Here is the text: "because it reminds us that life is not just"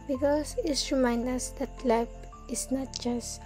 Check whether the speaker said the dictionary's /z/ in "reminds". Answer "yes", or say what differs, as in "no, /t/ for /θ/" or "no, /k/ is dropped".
no, /z/ is dropped